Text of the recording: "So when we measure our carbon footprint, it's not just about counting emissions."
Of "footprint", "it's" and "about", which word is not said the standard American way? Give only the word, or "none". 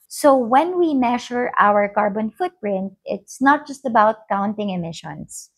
none